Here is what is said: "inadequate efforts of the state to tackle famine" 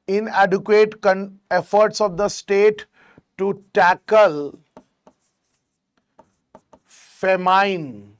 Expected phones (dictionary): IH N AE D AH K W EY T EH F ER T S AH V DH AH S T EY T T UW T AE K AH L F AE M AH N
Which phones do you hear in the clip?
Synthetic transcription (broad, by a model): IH N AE D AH K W EY T EH F ER T S AH V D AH S T EY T T UW T AE K AH L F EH M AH N